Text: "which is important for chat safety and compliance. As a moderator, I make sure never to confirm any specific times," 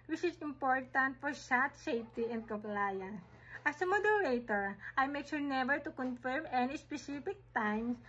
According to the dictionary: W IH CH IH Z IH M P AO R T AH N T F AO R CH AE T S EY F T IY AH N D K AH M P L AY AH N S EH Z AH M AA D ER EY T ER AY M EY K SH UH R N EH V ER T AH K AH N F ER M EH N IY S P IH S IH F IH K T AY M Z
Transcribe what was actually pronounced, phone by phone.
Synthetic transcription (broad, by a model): W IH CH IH S IH M P AO R T AH N T F AO R S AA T S EY F T IY AH N D K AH M P L AY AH N S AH S AH M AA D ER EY T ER AY M EY K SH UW R N EH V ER T AH K AH N F ER M EH N IY S P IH S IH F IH K T AY M